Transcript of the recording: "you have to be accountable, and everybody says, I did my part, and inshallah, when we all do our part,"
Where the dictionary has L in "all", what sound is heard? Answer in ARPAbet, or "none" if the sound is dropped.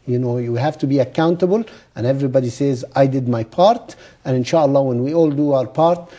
L